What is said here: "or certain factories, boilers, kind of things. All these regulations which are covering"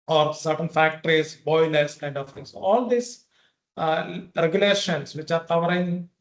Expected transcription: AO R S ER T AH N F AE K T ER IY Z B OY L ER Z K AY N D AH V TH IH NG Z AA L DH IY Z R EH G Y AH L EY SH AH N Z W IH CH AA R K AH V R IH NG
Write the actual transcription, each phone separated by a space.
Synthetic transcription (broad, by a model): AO R S ER T AH N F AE K T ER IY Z B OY N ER S K AY N D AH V T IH NG S AA L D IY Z R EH G Y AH L EY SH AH N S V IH CH AA R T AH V R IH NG